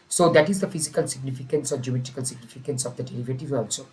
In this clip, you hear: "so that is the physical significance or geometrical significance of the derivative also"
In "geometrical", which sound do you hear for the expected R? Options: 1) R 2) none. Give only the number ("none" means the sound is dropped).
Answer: 2